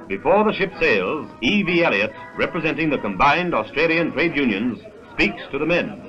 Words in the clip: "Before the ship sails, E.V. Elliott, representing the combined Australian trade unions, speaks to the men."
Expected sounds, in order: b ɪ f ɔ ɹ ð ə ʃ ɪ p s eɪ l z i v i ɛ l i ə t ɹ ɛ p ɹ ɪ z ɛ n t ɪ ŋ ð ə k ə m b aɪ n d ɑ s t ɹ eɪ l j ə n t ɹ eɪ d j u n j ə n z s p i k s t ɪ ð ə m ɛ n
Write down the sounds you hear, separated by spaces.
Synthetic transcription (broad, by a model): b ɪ f ɔ ɹ ð ə ʃ ɪ p s eɪ l z i v i ɛ l i ə t ɹ ɛ p ɹ ɪ z ɛ n t ɪ ŋ ð ə k ə m b aɪ n d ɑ s t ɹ eɪ l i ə n t ɹ eɪ d j u n j ə n z s p i k s t ɪ ð ə m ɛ n